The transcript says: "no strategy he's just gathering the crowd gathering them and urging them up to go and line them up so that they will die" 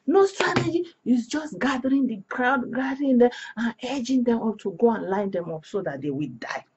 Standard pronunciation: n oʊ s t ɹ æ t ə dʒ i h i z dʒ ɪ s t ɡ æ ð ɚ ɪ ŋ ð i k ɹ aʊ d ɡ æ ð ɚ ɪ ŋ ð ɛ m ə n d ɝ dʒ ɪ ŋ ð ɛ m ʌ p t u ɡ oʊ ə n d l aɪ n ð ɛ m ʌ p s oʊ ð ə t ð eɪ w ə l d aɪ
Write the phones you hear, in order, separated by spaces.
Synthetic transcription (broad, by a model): n oʊ s t ɹ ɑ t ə dʒ i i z dʒ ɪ s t ɡ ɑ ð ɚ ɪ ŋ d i k ɹ aʊ d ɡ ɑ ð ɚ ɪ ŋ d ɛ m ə n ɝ dʒ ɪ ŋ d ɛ m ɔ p t u ɡ oʊ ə n l aɪ n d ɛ m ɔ p s oʊ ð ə t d eɪ w ə l d aɪ